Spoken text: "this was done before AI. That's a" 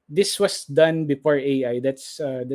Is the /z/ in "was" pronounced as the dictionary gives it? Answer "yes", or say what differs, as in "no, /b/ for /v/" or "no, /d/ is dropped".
no, /s/ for /z/